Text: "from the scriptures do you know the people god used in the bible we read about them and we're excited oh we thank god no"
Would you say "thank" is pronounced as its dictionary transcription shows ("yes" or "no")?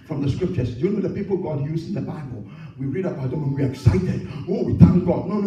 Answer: no